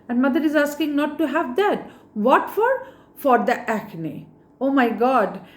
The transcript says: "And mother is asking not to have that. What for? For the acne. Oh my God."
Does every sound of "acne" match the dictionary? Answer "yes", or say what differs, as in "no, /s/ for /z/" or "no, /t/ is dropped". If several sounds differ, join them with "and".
yes